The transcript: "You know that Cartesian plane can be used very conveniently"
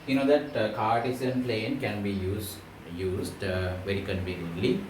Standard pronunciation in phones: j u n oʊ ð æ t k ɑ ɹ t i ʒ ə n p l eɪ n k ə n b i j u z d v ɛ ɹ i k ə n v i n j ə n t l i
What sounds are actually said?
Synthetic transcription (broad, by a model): j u n oʊ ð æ t k ɑ ɹ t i s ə n p l eɪ n k ə n b i j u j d v ɛ ɹ i k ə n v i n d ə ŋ l i